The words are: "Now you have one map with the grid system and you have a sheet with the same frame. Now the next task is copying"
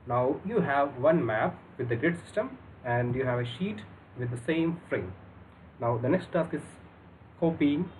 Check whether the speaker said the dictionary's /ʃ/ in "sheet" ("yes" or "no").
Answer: yes